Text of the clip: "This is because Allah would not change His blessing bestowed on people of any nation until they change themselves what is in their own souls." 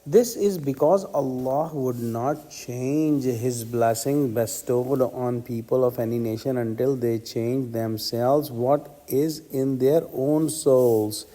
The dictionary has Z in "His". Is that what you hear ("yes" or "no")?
yes